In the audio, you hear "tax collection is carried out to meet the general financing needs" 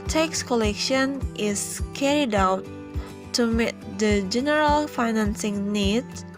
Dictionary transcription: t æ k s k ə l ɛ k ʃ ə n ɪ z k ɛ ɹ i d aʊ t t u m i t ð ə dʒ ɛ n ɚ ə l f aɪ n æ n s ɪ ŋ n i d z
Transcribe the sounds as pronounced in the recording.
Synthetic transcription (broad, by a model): t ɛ k s k ə l ɛ k ʃ ə n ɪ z k ɛ ɹ i d aʊ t t u m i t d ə dʒ ɛ n ɚ ə l f aɪ n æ n s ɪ ŋ n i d